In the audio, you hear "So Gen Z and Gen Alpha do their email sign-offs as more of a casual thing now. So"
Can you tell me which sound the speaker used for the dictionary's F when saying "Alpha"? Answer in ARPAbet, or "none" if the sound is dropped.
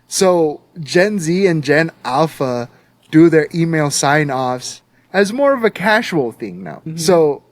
F